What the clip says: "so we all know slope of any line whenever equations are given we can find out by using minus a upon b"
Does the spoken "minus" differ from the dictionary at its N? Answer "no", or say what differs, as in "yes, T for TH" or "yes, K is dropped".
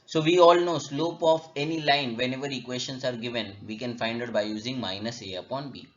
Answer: no